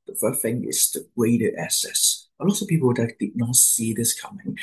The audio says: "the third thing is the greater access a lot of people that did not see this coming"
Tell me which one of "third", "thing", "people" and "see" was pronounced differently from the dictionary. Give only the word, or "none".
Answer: third